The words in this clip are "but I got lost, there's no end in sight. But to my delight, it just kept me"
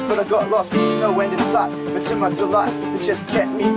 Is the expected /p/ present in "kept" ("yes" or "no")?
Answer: no